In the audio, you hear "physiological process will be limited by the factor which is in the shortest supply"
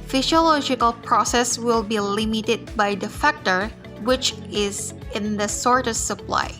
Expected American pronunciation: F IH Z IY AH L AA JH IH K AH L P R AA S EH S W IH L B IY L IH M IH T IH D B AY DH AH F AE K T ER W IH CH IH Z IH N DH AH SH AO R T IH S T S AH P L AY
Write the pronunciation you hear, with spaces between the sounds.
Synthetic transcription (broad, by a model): F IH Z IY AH L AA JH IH K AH L P R AA S EH S W IH L B IY L IH M IH T IH D B AY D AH F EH K T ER W IH CH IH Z IH N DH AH S AO R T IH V S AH P L AY